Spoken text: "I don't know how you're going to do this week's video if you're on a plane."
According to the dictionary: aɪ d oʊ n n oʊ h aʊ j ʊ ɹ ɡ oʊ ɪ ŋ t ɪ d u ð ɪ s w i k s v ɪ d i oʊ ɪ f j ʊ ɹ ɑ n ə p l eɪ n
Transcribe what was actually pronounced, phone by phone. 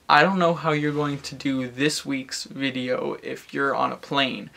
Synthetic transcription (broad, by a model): aɪ d oʊ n n oʊ h aʊ j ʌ ɹ ɡ oʊ ɪ ŋ t ɪ d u ð ɪ s w i k s v ɪ d i oʊ ɪ f j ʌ ɹ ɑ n ə p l eɪ n